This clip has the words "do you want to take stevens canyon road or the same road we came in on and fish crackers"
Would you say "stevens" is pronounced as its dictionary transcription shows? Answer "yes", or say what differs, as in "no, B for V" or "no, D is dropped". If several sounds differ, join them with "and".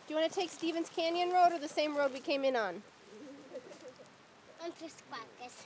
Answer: yes